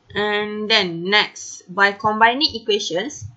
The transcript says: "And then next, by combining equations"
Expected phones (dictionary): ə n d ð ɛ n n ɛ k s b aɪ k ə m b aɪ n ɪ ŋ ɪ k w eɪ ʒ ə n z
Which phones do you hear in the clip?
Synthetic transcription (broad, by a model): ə n d ɛ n n ɛ k s b aɪ k ə m b aɪ n ɪ ŋ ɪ k w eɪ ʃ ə n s